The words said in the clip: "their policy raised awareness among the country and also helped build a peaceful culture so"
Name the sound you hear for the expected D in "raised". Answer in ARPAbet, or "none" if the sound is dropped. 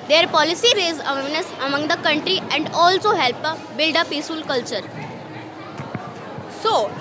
none